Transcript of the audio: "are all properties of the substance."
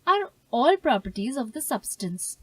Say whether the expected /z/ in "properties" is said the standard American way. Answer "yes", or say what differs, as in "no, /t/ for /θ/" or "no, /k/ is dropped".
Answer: yes